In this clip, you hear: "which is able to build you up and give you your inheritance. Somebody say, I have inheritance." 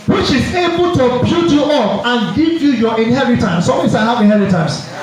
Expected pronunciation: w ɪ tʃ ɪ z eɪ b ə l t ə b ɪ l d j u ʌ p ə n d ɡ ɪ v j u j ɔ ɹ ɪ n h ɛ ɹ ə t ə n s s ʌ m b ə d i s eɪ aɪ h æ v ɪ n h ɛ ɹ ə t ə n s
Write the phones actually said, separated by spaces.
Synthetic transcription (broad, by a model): w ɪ tʃ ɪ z eɪ b ə l t ə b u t j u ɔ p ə n ɡ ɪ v j u j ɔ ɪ n h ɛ ɹ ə t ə n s s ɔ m ə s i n h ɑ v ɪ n h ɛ ɹ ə t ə n s